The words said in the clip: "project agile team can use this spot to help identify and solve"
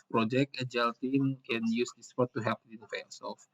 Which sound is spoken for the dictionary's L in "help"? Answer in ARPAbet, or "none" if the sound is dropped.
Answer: none